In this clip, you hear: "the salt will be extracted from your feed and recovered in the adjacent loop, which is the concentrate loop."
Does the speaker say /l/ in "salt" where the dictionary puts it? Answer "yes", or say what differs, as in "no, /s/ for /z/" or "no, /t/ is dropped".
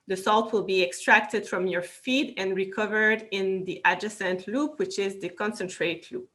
yes